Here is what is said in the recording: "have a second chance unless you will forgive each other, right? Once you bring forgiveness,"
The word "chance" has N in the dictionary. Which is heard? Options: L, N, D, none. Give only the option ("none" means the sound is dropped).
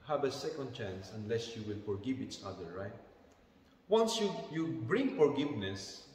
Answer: N